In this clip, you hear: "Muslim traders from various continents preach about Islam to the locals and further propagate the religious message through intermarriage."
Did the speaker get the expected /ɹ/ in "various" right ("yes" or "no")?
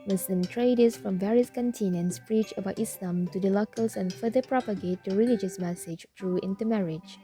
yes